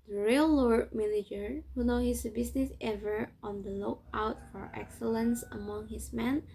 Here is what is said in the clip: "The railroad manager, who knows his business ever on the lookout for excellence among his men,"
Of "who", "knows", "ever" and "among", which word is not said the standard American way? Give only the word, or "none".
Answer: knows